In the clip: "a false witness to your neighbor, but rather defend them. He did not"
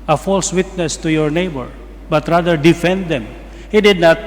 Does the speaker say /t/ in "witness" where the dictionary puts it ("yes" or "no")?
yes